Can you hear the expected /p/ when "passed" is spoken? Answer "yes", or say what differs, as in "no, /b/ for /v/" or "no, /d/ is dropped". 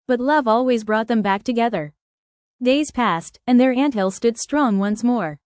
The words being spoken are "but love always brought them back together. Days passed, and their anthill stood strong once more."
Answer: yes